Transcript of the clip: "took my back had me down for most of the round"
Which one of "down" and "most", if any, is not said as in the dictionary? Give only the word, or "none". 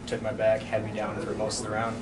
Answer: most